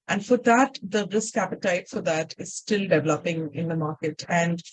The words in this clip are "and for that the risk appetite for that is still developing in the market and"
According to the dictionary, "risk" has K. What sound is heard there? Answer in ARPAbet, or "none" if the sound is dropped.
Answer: K